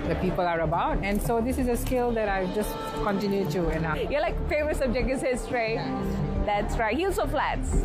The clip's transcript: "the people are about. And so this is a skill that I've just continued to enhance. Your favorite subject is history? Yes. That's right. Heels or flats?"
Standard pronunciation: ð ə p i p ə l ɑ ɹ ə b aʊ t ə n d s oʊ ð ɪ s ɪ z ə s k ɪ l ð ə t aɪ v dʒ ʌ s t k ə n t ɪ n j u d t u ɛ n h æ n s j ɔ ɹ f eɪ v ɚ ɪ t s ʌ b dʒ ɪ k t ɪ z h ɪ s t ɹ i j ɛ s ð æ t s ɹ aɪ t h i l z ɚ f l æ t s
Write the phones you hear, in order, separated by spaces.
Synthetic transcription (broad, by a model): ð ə p i p ə l ɑ ɹ ə b aʊ t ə n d s oʊ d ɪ s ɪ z ə s k ɪ l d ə t aɪ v dʒ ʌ s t k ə n t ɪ n j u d t u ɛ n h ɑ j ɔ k f eɪ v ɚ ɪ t s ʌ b dʒ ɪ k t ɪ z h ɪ s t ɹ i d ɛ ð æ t s ɹ aɪ t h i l s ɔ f l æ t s